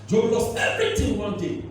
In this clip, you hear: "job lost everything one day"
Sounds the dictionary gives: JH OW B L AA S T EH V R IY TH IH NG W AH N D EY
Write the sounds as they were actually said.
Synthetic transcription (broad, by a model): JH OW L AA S EH V R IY T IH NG W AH N D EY